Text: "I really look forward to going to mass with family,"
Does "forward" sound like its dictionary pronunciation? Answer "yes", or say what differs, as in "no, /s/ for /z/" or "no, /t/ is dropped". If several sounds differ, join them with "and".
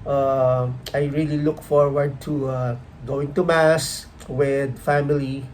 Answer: yes